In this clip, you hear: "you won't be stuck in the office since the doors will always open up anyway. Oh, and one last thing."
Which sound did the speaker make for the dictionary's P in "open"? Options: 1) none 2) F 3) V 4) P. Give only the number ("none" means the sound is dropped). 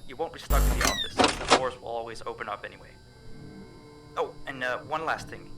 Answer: 4